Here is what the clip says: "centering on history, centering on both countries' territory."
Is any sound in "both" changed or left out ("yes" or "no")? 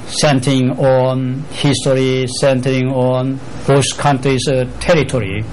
yes